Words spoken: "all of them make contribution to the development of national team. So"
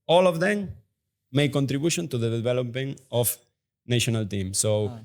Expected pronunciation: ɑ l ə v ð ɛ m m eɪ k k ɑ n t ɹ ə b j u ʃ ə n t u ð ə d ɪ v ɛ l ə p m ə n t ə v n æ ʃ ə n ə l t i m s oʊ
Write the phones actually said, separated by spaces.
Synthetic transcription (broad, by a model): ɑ l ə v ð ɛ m m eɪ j k ɑ n t ɹ ə b j u ʃ ə n t u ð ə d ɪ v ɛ l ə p ə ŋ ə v n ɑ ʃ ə n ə l t i m s oʊ